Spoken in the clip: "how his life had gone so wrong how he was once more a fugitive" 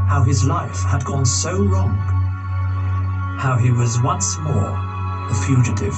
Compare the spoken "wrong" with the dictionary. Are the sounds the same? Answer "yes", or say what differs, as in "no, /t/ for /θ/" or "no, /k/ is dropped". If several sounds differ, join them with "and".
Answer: no, /l/ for /ɹ/